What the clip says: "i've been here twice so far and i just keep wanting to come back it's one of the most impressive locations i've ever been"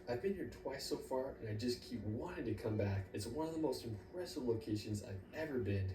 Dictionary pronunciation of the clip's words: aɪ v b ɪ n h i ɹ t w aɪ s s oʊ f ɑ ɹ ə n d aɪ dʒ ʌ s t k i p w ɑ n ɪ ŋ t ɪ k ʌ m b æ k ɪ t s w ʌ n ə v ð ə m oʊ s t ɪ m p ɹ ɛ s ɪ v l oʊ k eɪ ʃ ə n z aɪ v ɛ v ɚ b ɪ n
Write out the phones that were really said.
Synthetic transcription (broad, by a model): aɪ v b ɪ n h i ɹ t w aɪ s s oʊ f ɑ ɹ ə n aɪ dʒ ʌ s k i p w ɑ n ɪ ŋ t ɪ k ʌ m b æ k ɪ t s w ʌ n ə v ð ə m oʊ s t ɪ m p ɹ ɛ s ɪ v l oʊ k eɪ ʃ ə n z aɪ v ɛ v ɚ b ɪ n